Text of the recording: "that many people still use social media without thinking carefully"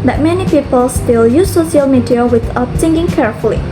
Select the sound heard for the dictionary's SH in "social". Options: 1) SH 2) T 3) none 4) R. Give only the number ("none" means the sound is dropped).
3